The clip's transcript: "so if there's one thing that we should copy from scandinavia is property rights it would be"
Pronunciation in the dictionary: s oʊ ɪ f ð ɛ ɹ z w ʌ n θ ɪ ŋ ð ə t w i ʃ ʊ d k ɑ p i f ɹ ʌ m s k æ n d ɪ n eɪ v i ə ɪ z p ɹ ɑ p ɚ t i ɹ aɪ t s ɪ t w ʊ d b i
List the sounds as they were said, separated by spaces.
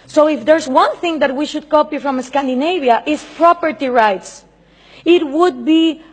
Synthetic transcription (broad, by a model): s oʊ ɪ f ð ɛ ɹ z w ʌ n θ ɪ ŋ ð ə t w i ʃ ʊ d k ɑ p i f ɹ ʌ m s k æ n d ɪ n eɪ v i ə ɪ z p ɹ ɑ p ɚ t i ɹ aɪ t s ɪ t w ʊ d b i